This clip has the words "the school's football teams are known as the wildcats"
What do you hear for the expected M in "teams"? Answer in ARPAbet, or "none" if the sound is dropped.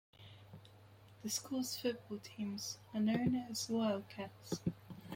M